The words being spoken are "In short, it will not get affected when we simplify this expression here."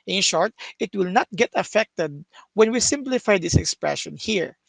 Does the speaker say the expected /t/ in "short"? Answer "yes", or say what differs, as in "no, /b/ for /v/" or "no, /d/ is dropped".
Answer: yes